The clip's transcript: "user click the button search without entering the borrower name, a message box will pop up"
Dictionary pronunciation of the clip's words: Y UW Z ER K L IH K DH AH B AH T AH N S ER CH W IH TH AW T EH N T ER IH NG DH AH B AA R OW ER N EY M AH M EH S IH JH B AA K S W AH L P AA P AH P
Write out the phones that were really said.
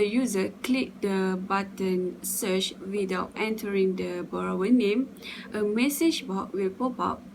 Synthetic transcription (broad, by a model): Y UW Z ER K L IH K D AH B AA T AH N S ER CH W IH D AW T EH N T ER IH NG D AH B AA R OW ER N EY M AH M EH S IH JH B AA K W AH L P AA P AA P